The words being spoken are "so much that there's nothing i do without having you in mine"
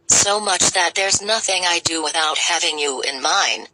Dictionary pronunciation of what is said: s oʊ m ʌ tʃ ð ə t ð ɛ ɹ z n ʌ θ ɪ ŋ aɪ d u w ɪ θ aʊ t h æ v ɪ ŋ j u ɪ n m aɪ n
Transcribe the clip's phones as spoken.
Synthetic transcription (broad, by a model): s oʊ m ʌ tʃ ð ə t ð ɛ ɹ z n ʌ θ ɪ ŋ aɪ d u w ɪ θ aʊ t h æ v ɪ ŋ j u ɪ n m aɪ n